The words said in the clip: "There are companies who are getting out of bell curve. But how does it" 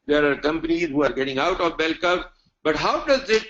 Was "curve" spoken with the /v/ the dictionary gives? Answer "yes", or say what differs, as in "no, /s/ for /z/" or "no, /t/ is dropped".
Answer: no, /p/ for /v/